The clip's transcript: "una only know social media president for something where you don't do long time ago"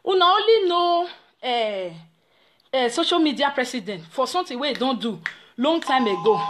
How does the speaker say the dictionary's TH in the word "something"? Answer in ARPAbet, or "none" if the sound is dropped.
T